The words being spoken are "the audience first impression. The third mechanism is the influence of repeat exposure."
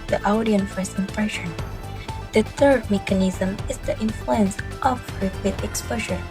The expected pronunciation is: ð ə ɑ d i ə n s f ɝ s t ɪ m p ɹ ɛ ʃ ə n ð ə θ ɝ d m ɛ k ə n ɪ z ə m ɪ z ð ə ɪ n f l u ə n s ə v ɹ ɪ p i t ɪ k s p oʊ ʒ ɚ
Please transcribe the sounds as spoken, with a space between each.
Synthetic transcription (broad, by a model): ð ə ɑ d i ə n f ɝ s ɪ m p ɹ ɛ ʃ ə n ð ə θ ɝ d m ɛ k ə n ɪ z ə m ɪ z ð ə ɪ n f l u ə n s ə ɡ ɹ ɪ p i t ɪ k s p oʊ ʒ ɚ